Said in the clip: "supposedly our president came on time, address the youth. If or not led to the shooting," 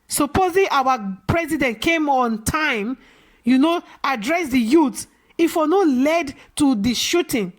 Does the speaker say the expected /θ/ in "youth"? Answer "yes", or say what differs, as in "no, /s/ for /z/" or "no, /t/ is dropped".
no, /t/ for /θ/